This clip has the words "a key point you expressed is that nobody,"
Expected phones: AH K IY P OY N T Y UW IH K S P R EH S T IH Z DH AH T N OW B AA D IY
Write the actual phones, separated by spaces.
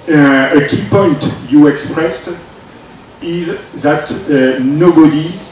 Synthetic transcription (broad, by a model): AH K IY P OY N T Y UW IH K S P R EH S T IH Z DH AH T N OW B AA D IY